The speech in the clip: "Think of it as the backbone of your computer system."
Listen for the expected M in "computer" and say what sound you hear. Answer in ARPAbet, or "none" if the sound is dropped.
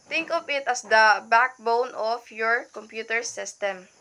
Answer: M